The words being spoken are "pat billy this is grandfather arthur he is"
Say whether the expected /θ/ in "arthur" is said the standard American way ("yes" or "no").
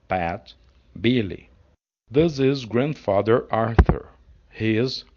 yes